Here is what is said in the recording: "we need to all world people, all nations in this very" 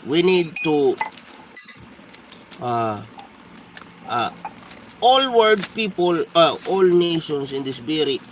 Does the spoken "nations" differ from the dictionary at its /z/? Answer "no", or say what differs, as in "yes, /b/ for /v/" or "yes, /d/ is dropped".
yes, /s/ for /z/